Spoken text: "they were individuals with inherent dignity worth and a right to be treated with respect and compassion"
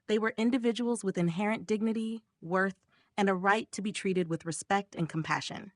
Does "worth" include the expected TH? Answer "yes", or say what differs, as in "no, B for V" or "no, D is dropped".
yes